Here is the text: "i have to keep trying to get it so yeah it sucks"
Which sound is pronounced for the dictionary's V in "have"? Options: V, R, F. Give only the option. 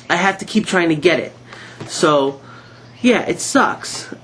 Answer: F